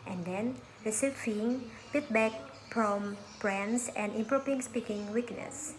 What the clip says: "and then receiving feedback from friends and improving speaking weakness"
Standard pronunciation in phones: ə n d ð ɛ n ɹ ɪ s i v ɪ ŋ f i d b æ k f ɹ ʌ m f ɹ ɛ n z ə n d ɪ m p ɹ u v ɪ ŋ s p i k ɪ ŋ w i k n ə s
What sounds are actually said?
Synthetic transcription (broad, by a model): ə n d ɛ n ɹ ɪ s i f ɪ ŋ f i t b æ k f ɹ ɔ m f ɹ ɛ n s ə n d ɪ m p ɹ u p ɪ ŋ s p i k ɪ ŋ w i k n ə s